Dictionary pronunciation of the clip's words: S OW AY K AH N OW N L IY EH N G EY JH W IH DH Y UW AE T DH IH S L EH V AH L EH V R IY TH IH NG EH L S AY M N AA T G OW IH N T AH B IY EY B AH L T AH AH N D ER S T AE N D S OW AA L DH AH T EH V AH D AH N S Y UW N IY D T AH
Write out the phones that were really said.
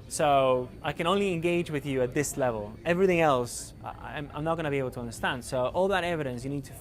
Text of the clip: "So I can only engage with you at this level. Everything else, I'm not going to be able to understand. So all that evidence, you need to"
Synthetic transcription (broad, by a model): S OW AY K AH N OW N L IY EH N G EY JH W IH DH Y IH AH T DH IH S L EH V AH L EH V R IY TH IH NG EH L S AY M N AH T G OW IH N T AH B IY EY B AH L T AH AH N D ER S T AE N D S OW AA L DH AH T EH V AH D AH N S Y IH N IY D T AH